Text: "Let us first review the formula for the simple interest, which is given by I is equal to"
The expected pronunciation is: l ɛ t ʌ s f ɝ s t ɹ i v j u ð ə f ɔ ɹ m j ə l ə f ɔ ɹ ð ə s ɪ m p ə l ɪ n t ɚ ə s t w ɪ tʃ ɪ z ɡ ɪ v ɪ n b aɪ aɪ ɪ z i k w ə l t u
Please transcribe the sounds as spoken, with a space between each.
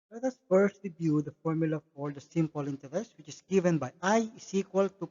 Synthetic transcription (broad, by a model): l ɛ t ʌ s f ɝ s t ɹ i b j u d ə f ɔ ɹ m j ə l ə f ɔ ɹ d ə s ɪ m p ə l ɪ n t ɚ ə s w ɪ tʃ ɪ s ɡ ɪ v ɪ n b aɪ aɪ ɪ s i k w ə l t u